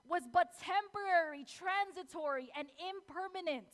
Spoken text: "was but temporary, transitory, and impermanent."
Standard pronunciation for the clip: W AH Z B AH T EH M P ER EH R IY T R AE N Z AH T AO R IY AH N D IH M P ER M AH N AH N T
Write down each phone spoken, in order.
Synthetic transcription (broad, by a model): W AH Z B AH T EH M P ER EH R IY T R AE N Z AH T AO R IY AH N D IH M P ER M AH N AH N T